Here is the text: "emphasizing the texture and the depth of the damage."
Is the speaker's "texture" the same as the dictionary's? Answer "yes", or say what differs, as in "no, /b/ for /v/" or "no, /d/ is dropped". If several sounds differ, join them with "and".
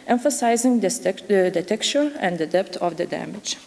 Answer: no, /s/ is dropped